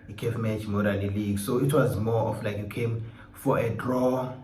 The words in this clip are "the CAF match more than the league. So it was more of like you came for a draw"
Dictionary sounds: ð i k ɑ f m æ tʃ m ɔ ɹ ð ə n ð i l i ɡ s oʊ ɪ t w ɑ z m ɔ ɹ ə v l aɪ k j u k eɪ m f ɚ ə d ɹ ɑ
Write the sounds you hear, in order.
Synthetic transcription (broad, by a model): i k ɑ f m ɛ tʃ m ɔ ɹ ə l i l i ɡ s oʊ ɪ t w ɑ z m ɔ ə f l aɪ k j u k eɪ m f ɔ ə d ɹ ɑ